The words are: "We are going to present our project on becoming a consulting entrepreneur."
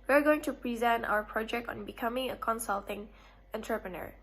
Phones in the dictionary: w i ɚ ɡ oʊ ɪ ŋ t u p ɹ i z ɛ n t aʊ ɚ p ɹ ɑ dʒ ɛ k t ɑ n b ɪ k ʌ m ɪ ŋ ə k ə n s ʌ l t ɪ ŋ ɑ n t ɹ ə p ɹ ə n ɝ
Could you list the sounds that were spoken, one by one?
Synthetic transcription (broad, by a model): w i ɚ ɡ oʊ ɪ ŋ t u p ɹ i z ɛ n t aʊ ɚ p ɹ ɑ dʒ ɛ k t ɑ n b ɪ k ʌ m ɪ ŋ ə k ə n s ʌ l t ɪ ŋ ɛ n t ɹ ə p ɹ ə n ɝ